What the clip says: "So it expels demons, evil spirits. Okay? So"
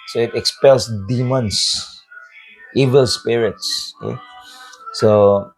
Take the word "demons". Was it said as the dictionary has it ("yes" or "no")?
no